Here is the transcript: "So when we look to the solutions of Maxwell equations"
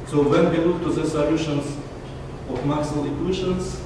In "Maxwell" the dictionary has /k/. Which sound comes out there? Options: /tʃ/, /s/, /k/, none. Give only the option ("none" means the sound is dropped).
none